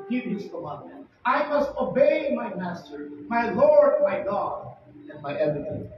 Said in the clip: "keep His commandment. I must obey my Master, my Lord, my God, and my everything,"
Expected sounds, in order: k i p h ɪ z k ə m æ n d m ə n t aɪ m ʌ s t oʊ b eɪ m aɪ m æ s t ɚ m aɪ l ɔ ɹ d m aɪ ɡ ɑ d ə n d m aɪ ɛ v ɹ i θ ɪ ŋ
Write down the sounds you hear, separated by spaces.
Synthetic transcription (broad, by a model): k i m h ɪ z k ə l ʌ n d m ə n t aɪ m ʌ s t oʊ b eɪ m aɪ m æ s t ɚ m aɪ l ɔ ɹ d m aɪ ɡ ɑ d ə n m aɪ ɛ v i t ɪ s